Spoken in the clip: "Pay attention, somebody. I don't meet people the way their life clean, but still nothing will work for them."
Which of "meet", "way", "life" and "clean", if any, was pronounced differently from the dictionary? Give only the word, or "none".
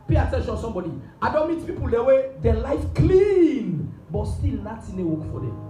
none